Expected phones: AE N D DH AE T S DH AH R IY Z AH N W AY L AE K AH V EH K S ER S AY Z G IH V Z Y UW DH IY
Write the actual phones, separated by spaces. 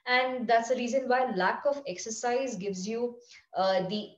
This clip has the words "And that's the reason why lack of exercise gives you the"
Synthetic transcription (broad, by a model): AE N D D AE T S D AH R IY Z AH N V AY L AE K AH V EH K S ER S AY Z G IH V Z Y UW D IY